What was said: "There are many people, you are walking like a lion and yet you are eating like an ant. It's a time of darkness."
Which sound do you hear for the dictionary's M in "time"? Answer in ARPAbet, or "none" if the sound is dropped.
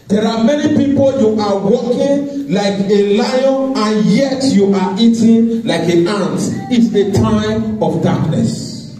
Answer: none